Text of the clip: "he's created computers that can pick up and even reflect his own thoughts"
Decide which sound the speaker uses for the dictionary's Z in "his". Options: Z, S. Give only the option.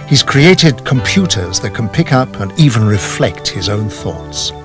Z